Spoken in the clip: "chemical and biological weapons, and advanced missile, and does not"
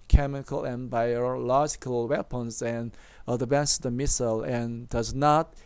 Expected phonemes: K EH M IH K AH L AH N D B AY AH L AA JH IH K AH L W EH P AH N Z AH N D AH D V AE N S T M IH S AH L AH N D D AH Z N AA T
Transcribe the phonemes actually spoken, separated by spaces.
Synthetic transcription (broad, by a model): K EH M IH K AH L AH N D B AY AH L AA JH IH K AH L W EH P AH N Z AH N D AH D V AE N S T M IH S AH L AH N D D AH Z N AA T